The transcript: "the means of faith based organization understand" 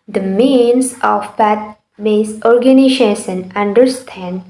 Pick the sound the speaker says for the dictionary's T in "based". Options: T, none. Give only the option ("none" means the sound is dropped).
none